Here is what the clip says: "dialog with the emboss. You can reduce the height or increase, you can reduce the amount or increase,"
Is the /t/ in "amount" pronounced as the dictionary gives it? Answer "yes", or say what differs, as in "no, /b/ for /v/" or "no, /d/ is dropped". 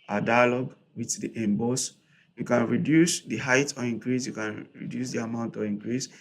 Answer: yes